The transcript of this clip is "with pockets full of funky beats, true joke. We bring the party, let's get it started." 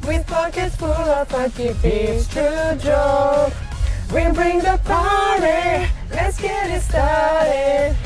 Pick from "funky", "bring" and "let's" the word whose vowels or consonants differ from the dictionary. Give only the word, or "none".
funky